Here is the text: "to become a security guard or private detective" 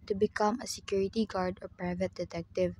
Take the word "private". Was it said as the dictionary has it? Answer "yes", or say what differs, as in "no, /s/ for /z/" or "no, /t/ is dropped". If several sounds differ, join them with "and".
yes